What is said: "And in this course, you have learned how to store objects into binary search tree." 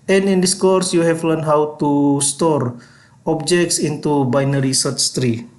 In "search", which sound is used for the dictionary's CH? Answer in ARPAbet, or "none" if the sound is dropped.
S